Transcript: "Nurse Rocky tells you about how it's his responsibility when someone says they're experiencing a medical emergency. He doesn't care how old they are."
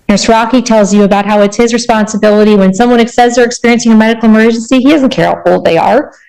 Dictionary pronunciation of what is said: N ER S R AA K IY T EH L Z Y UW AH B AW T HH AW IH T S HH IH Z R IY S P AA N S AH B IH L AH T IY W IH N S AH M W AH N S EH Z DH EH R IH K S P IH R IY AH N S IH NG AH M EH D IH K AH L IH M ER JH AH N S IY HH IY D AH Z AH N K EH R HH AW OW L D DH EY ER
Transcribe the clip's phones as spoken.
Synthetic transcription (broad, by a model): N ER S R AA K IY T EH L Z Y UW AH B AW T HH AW IH T S HH IH Z R IY S P AA N S AH B IH L AH T IY W IH N S AH M W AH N S EH Z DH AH R IH K S P IH R IY AH N S IH NG AH M EH D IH K L IH M ER JH AH N S IY HH IY D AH Z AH N K EH R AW OW L D DH EY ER